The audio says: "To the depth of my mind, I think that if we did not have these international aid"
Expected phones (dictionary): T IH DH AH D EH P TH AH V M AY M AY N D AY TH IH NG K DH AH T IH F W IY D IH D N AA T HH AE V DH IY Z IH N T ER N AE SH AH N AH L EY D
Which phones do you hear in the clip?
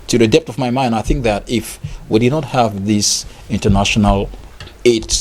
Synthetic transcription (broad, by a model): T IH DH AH D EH P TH AH V M AY M AY N D AY TH IH NG K DH AH T IH F W IY D IH D N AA T HH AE V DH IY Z IH N T ER N AE SH AH N AH L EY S